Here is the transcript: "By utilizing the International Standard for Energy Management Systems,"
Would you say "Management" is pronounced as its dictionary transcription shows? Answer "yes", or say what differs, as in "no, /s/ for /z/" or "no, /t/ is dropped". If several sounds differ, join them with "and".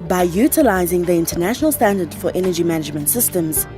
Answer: yes